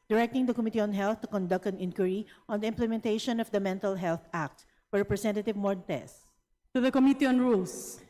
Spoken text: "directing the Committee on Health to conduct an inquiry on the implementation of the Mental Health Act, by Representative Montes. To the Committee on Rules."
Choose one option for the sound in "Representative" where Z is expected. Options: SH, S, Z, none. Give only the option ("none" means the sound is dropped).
S